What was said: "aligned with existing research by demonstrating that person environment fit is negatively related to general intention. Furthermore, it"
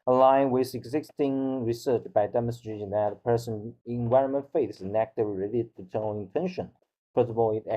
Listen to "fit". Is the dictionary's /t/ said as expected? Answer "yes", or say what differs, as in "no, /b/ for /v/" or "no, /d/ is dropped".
no, /t/ is dropped